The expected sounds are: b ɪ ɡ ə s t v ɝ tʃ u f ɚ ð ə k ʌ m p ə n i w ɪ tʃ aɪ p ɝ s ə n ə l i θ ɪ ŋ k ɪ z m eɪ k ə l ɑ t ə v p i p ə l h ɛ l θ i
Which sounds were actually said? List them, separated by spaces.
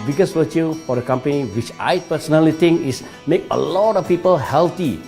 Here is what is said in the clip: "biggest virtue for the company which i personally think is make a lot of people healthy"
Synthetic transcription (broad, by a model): b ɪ ɡ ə s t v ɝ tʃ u f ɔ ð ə k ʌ m p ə n i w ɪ tʃ aɪ p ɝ s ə n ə l i t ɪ ŋ k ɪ s m eɪ k ə l ɑ t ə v p i p ə l h ɛ l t i